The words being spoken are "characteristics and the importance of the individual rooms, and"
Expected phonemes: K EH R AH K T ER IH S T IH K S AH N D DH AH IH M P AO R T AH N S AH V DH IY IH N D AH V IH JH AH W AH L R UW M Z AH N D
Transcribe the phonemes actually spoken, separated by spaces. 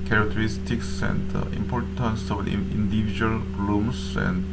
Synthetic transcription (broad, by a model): K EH R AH K T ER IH S T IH K S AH N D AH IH M P AO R T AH N S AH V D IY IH N D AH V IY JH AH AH L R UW M S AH N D